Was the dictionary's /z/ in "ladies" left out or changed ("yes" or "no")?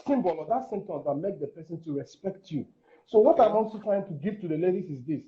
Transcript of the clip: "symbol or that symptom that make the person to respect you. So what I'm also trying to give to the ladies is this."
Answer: yes